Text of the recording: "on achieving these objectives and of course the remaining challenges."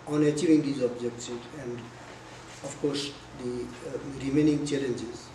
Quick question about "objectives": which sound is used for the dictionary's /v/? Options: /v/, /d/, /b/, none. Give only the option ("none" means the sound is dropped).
none